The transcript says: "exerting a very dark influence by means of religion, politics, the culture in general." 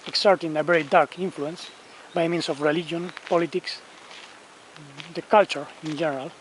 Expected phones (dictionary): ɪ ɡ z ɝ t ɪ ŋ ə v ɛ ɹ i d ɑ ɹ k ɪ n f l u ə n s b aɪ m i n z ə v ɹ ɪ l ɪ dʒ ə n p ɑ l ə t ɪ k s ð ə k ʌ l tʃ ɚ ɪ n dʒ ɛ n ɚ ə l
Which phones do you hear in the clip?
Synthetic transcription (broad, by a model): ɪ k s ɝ t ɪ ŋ ə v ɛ ɹ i d ɑ ɹ k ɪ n f l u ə n s b aɪ m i n s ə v ɹ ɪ l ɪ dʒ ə n p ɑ l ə t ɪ k s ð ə k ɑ l tʃ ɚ ɪ n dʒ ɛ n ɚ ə l